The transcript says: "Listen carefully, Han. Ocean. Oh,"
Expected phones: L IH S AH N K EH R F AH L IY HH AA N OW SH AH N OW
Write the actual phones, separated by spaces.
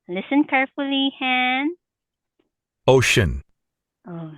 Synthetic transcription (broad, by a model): L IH S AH N K EH R F AH L IY HH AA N OW SH AH N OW